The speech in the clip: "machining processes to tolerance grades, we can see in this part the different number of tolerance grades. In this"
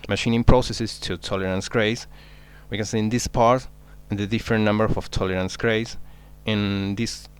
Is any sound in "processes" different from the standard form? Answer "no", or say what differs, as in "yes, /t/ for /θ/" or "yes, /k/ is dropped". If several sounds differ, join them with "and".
yes, /s/ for /z/